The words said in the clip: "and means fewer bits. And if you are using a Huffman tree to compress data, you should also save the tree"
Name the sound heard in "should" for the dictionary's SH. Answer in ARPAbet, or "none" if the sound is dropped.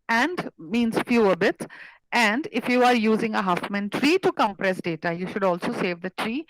SH